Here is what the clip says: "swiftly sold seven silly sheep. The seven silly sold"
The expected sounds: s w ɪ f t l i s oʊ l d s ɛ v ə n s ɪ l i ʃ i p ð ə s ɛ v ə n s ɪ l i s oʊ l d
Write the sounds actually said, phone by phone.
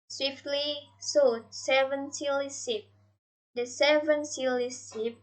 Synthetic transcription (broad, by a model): s w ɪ f t l i s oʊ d s ɛ v ə n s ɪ l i s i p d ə s ɛ v ə n s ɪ l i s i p